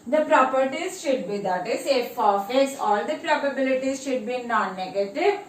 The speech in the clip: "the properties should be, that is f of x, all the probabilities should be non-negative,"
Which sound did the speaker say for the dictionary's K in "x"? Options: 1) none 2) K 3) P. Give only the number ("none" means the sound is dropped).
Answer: 1